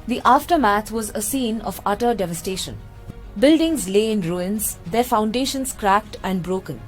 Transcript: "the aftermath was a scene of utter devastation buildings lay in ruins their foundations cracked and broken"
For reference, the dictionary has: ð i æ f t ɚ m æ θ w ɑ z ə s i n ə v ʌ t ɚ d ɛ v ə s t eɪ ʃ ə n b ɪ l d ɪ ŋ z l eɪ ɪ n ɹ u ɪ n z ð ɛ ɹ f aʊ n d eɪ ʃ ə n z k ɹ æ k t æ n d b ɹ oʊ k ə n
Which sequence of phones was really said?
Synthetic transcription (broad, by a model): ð i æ f t ɚ m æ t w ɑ z ə s i n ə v ʌ t ɚ d ɛ v ə s t eɪ ʃ ə n b ɪ l d ɪ ŋ z l eɪ ɪ n ɹ u ɪ n z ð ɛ ɹ f aʊ n d eɪ ʃ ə n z k ɹ æ k t æ n d b ɹ oʊ k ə n